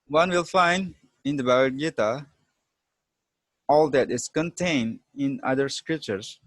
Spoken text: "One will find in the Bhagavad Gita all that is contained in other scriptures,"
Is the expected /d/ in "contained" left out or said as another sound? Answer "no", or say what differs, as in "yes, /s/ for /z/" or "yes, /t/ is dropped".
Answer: no